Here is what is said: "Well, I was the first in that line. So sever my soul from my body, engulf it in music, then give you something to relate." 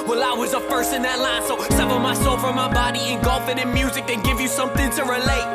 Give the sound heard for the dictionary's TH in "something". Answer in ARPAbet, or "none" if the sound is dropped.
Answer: TH